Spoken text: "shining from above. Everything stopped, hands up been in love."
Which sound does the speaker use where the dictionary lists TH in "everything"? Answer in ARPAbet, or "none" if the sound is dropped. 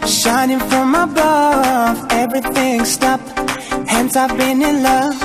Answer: TH